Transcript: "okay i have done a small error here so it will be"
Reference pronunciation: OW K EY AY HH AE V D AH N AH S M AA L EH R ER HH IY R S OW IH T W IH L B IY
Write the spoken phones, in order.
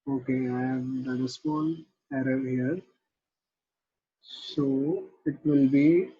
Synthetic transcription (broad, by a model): OW K EY AY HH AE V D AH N AH S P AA N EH R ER HH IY R S OW IH T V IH L B IY